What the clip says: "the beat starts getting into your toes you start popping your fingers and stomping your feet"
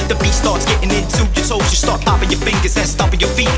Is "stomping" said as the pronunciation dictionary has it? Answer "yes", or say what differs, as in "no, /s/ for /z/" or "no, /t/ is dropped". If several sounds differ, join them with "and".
no, /m/ is dropped